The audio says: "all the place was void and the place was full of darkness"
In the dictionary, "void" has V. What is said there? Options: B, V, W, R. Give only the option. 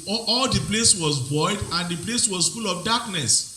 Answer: B